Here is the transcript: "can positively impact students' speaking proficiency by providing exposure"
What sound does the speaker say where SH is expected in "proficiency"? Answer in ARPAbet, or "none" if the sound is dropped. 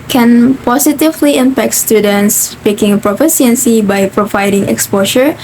S